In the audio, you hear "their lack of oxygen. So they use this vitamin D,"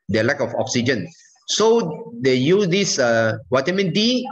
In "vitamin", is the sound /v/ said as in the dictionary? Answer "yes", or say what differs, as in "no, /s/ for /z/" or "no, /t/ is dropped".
no, /w/ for /v/